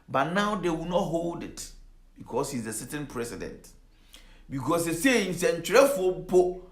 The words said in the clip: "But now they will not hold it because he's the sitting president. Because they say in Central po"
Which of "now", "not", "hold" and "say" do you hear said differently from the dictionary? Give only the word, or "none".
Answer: none